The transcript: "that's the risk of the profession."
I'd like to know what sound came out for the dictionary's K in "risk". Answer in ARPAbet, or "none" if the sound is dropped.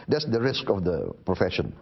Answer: K